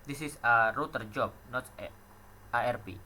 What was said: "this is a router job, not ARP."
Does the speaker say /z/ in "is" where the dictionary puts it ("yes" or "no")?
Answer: no